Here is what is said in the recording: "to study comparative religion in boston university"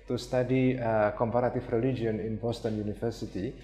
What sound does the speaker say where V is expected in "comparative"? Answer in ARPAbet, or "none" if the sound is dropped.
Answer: F